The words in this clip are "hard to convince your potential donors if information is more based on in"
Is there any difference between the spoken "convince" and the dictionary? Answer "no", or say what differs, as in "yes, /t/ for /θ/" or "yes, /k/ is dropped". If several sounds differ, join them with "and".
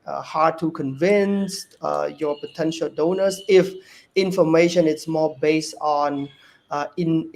no